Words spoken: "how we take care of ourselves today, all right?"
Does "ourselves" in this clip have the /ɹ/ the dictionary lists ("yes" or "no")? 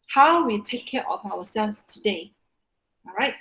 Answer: no